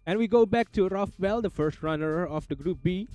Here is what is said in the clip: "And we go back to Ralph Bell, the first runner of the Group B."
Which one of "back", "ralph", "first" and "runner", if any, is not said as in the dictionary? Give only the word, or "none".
ralph